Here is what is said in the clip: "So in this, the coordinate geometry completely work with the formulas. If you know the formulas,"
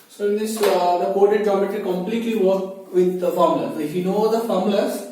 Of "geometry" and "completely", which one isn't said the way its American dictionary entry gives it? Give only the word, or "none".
geometry